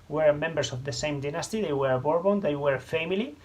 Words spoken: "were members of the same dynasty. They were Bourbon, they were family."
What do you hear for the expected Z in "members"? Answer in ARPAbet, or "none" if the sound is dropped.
S